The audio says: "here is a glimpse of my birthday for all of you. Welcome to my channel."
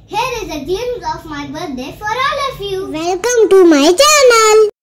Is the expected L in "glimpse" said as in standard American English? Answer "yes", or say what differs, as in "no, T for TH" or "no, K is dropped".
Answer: no, L is dropped